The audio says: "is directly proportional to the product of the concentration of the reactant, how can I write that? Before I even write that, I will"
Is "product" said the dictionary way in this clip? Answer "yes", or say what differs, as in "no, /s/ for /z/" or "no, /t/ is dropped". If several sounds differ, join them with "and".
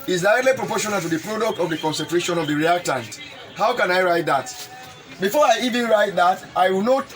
yes